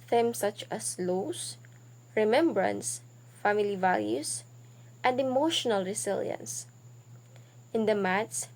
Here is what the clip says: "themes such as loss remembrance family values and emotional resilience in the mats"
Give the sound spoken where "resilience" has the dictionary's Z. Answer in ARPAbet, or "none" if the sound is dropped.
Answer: S